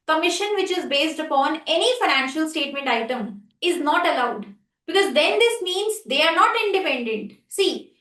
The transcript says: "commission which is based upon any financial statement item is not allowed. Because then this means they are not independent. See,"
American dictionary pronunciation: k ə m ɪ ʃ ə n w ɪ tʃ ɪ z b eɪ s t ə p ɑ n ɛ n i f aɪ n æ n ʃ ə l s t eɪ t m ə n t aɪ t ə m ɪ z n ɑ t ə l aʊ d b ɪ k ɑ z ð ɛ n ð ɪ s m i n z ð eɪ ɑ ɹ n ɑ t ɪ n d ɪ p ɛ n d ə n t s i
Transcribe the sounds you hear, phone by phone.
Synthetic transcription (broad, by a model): k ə m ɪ ʃ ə n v ɪ tʃ ɪ z b eɪ s t ə p ɑ n ɛ n i f aɪ n æ n ʃ ə l s t eɪ t m ə n t aɪ t ə m ɪ z n ɑ t ə l aʊ d b ɪ k ɑ z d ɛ n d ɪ s m i n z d eɪ ɑ ɹ n ɑ t ɪ n d ɪ p ɛ n d ə n t s i